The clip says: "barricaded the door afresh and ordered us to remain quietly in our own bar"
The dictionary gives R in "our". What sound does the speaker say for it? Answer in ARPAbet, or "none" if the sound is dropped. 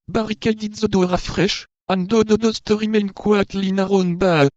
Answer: R